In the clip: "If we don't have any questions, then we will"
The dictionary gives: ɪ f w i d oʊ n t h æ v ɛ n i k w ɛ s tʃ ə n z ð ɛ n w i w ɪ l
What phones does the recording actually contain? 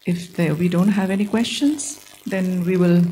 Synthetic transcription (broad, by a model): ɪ f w i d oʊ n t h æ v ɛ n i k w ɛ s tʃ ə n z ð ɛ n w i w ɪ l